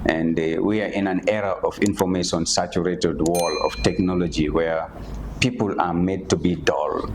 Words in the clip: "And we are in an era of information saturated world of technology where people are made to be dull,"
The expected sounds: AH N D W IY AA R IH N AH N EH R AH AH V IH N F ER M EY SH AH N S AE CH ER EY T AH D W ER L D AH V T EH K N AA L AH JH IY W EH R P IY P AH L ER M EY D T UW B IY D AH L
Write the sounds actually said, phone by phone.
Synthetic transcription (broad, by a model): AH N D W IY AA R IH N AH N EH R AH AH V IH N F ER M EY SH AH N S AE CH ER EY T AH D W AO L AH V T EH K N AA L AH JH IY W EH R P IY P AH L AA M EY D T UW B IY D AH L